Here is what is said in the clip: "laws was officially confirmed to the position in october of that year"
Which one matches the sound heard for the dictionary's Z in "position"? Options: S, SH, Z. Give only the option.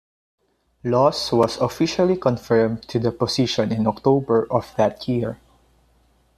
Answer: S